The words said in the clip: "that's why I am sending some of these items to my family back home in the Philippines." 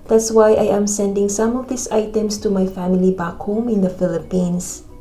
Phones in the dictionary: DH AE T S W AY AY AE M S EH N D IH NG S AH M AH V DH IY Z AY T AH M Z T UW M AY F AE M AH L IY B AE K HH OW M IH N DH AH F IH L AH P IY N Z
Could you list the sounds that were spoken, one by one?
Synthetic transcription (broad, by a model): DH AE T S W AY AY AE M S EH N D IH NG S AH M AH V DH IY S AY T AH M S T UW M AY F AE M AH L IY B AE K HH OW M IH N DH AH F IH L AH P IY N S